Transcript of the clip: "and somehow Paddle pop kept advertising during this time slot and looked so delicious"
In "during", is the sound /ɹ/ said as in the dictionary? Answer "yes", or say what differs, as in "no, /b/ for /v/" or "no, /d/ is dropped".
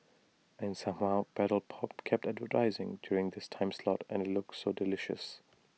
yes